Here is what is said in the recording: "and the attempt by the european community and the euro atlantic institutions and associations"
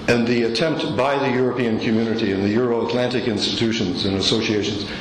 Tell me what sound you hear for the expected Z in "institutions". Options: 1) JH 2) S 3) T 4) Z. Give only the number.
4